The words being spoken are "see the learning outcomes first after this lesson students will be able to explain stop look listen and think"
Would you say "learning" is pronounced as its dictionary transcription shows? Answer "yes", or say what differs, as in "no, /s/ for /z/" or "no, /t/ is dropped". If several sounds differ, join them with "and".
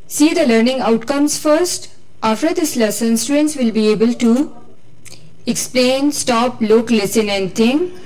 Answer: yes